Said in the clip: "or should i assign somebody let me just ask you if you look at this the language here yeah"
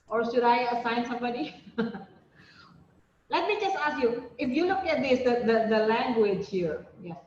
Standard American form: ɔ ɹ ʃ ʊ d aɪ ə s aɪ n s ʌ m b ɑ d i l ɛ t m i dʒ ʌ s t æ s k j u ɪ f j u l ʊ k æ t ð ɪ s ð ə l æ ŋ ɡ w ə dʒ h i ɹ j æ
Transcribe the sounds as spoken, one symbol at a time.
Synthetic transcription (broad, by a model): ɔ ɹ ʃ ʊ d aɪ ə s aɪ n s ʌ m b ɑ d i l ɛ t m i dʒ ʌ s t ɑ s k j u ɪ f j u l ʊ k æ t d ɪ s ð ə l æ ŋ ɡ w ə dʒ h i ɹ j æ